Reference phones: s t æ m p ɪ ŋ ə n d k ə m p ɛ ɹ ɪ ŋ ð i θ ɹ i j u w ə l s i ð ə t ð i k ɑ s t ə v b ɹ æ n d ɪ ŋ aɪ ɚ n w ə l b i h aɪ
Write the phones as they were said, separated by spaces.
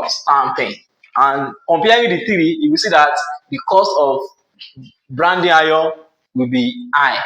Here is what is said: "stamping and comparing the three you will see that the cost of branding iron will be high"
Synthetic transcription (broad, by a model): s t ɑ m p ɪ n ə n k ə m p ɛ w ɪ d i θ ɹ i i w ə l s i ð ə t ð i k ɑ s t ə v b ɹ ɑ n d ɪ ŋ aɪ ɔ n w ə l b i aɪ